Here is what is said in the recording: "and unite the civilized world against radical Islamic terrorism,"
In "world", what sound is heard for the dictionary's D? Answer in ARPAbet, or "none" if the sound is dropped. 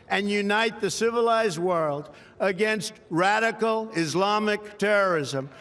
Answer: D